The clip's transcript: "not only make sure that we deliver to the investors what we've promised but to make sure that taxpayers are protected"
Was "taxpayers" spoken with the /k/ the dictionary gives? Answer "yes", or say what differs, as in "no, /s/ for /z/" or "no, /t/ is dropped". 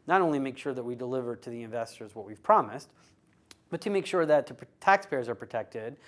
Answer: yes